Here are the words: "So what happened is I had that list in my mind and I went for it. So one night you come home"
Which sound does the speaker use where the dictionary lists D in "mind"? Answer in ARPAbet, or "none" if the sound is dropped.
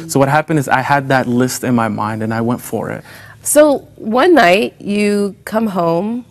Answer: D